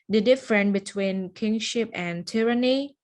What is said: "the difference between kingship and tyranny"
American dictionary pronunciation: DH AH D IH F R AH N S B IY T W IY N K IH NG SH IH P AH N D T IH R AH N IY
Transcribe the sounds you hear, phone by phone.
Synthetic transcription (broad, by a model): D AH D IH F R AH N B IY T W IY N K IH NG SH IH P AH N T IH R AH N IY